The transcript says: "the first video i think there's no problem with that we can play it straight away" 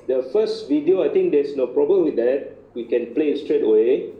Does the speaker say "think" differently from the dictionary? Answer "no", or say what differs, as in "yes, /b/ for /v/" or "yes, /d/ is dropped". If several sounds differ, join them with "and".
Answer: yes, /t/ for /θ/